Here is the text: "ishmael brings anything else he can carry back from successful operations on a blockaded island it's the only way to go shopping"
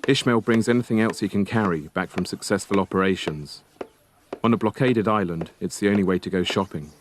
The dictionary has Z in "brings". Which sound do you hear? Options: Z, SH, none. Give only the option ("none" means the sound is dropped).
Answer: Z